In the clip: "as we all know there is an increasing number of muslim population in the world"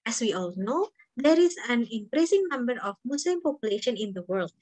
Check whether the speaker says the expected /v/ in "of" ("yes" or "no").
no